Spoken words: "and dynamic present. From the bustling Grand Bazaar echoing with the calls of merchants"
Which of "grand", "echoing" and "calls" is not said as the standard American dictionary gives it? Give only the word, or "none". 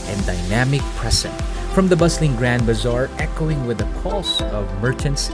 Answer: calls